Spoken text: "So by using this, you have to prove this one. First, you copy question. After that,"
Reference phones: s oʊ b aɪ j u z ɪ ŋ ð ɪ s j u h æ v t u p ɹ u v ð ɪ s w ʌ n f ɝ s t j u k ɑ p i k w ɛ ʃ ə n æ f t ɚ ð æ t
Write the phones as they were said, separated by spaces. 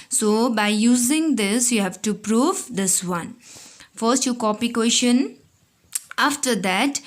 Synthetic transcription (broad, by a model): s oʊ b aɪ j u z ɪ ŋ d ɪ s j u h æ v t u p ɹ u v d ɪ s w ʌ n f ɝ s t j u k ɑ p i k w ɛ ʃ ə n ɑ f t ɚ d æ t